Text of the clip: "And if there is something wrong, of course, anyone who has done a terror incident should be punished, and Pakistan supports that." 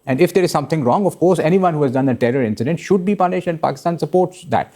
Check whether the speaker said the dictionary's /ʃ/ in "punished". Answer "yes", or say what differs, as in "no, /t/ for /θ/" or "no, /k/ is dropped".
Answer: yes